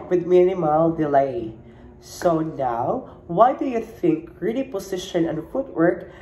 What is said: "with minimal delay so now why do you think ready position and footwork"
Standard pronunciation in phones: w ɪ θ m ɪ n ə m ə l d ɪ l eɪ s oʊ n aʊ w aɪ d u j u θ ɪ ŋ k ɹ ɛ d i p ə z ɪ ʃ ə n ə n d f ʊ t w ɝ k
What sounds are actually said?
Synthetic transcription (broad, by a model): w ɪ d m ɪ n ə m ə l d ɪ l eɪ s oʊ n aʊ w aɪ d u j u θ ɪ ŋ k ɹ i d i p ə s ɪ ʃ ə n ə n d f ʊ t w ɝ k